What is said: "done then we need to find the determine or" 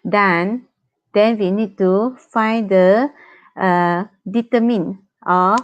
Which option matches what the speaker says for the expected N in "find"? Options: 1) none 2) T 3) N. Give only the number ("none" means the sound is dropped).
3